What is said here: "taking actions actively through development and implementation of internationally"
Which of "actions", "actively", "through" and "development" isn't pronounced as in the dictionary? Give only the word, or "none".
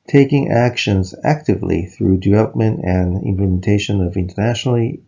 none